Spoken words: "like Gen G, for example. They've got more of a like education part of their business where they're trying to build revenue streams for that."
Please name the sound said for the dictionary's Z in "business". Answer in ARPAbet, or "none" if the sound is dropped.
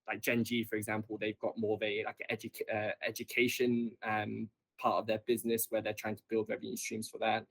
Z